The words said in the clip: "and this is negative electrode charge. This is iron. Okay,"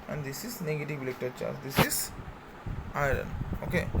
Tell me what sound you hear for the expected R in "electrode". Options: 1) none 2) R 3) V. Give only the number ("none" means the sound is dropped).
1